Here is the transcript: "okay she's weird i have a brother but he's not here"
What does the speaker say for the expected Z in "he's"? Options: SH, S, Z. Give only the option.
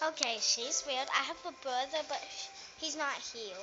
Z